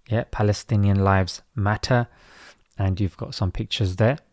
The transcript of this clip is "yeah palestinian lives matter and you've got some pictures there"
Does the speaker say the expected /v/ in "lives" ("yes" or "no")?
yes